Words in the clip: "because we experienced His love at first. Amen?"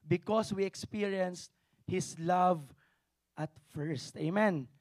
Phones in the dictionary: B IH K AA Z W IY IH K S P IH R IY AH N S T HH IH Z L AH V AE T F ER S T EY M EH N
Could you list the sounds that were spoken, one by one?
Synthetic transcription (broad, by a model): B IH K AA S W IY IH K S P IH R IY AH N S T HH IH S L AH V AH T F ER S T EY M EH N